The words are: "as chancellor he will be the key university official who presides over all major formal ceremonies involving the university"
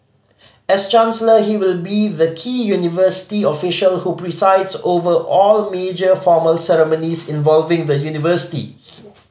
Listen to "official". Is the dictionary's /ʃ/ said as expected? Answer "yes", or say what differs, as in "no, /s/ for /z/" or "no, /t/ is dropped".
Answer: yes